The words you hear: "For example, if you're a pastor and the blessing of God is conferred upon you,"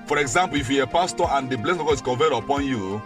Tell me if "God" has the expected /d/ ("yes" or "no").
no